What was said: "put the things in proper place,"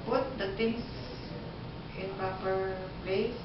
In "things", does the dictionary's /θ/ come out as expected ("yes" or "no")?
no